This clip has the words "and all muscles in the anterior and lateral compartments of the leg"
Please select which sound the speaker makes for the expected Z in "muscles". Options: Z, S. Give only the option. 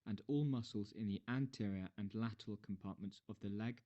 Z